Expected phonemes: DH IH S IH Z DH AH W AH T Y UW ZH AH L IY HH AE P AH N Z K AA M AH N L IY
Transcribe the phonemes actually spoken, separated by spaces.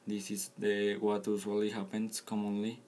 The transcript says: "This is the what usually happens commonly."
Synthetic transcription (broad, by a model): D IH S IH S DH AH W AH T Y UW S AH L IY HH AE P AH N S K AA M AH N L IY